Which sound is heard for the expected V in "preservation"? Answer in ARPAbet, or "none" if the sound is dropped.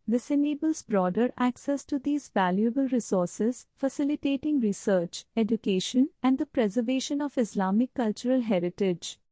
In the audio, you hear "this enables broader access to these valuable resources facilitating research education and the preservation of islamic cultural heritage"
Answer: V